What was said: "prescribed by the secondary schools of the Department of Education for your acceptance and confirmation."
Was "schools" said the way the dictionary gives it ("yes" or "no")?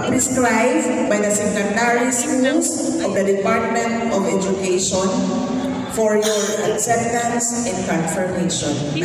no